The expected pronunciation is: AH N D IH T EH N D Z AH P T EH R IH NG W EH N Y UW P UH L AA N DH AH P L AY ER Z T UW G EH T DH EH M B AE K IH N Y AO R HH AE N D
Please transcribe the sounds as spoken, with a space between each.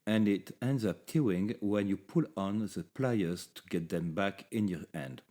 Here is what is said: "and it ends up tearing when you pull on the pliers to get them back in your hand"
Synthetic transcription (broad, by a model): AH N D IH T EH N D Z AH P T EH IH NG W EH N Y UW P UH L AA N DH AH P L AY ER Z T UW G EH T DH EH M B AE K IH N Y AO R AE N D